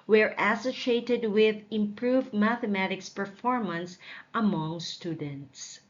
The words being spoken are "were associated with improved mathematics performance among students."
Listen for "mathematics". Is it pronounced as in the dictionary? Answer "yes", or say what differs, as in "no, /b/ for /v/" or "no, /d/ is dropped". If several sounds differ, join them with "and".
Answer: yes